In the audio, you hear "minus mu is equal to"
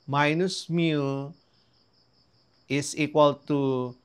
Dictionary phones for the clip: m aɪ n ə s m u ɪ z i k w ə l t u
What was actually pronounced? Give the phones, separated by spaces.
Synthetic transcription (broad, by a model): m aɪ n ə s m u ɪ s i k w ə l t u